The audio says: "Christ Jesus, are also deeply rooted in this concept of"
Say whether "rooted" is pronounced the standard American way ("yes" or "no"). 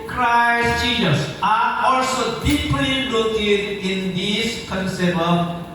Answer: no